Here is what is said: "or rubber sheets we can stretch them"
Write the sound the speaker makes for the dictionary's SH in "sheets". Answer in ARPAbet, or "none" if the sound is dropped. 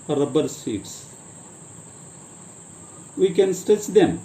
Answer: S